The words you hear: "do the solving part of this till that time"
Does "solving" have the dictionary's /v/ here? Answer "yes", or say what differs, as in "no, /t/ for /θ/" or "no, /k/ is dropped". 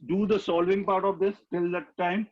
yes